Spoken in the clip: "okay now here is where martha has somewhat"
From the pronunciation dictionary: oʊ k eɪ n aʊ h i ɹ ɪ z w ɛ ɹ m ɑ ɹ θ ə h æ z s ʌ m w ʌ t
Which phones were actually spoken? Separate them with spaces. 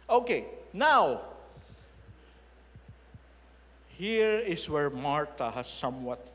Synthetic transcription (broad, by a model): oʊ k eɪ n aʊ h i ɹ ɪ s w ɛ ɹ m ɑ ɹ t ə h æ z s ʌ m w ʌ t